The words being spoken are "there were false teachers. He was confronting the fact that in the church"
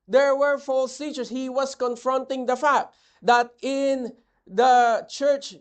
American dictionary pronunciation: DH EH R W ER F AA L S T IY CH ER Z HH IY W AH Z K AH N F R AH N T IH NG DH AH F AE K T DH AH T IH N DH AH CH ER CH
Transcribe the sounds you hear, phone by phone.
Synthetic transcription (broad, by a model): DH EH R W ER F AA L S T IY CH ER S HH IY W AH S K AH N F R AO N T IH NG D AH F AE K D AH T IH N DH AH CH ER CH